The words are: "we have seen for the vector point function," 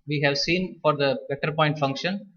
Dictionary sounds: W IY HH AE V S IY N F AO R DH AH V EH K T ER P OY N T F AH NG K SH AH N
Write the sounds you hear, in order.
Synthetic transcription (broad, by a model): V IY HH AE V S IY N F AO R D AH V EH T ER P OY N T F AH NG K SH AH N